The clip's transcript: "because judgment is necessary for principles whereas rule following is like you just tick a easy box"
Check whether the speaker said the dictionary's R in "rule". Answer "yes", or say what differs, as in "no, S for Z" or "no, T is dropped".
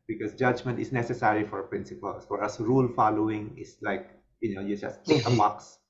yes